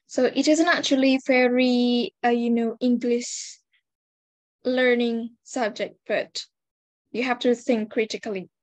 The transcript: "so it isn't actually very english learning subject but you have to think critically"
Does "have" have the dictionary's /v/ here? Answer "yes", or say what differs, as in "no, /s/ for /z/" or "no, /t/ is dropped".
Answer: no, /f/ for /v/